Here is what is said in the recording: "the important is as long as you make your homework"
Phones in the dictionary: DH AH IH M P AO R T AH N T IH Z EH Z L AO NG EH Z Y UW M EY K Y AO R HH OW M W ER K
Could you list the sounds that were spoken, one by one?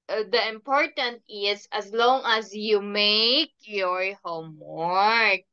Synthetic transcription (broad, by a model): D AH IH M P AO R T AH N T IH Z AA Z L AO NG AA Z Y UW M EY K Y AO R HH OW M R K